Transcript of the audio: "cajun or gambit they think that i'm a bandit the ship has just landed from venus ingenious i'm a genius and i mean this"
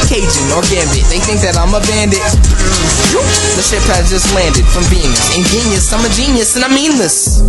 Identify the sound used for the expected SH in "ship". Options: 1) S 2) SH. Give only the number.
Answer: 2